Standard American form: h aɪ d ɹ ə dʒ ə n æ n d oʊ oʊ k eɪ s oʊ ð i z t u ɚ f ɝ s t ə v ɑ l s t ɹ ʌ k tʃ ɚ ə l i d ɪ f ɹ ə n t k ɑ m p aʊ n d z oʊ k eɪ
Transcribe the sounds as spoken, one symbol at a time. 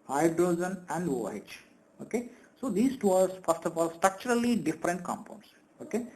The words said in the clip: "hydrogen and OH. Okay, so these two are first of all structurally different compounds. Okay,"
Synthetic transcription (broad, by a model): h aɪ d ɹ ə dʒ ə n æ n d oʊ oʊ k eɪ s oʊ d i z t u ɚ f ɝ s t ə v ɑ l s t ɹ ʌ k tʃ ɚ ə l i d ɪ f ɹ ə n t k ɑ m p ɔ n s oʊ k eɪ